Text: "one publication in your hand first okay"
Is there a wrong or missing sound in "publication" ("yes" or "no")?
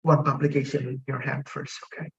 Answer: yes